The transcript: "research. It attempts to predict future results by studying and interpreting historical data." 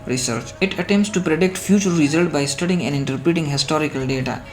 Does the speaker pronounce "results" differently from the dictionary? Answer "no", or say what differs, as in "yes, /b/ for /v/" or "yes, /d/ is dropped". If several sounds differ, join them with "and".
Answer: yes, /s/ is dropped